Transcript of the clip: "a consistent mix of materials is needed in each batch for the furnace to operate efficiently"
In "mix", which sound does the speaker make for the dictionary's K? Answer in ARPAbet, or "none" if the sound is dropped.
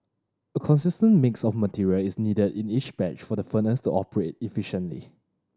K